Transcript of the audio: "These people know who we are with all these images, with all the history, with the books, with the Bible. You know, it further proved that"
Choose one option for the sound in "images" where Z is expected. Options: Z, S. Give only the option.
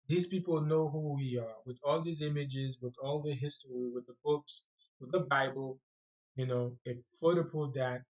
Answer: Z